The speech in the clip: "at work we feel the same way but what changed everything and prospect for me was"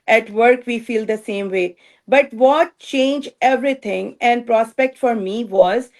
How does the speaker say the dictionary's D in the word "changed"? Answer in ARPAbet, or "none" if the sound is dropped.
none